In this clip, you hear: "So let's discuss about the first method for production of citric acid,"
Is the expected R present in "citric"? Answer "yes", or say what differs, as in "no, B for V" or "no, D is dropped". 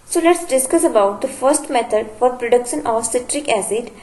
yes